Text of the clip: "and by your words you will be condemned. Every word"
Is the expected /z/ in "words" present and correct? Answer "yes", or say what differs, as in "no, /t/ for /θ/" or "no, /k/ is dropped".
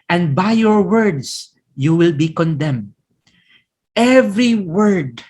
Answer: no, /s/ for /z/